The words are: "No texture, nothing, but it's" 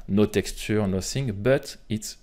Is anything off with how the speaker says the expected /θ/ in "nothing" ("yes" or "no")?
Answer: yes